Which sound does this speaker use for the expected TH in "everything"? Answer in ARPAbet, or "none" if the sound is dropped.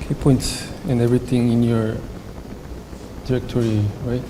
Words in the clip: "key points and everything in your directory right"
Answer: T